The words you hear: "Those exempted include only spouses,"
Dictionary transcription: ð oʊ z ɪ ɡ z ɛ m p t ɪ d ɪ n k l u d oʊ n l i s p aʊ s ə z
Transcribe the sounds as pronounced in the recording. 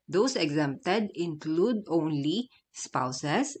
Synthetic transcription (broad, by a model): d oʊ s ɪ ɡ z ɛ m p t ɪ d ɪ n k l u d oʊ n l i s p aʊ s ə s